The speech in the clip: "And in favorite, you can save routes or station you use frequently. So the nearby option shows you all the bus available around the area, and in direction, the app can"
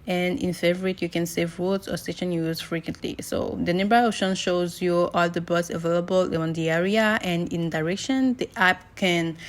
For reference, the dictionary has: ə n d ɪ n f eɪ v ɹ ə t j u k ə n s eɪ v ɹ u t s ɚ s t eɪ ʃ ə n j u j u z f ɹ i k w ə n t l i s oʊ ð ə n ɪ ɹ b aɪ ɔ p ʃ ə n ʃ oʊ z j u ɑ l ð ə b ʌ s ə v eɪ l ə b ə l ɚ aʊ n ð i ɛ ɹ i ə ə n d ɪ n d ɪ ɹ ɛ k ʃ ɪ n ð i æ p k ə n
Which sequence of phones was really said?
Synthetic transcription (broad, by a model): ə n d ɪ n f eɪ v ɹ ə t j u k ə n s eɪ v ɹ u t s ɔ s t eɪ ʃ ə n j j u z f ɹ i k w ə n t l i s oʊ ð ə n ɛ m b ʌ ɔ ʃ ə n ʃ oʊ z j u ɑ l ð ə b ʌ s ə v eɪ l ə b ə l n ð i ɛ ɹ i ə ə n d ɪ n d ɪ ɹ ɛ k ʃ ɪ n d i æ p k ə n